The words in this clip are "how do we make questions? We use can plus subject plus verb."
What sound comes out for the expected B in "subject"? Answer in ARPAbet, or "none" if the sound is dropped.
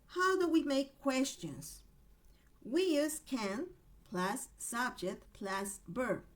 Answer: B